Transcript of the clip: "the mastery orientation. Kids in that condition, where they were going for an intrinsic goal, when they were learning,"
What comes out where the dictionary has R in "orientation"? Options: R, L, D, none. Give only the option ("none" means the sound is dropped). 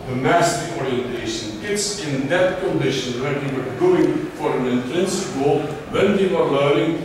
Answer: R